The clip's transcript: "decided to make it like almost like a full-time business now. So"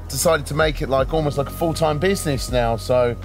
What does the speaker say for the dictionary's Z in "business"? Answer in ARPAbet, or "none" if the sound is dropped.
Z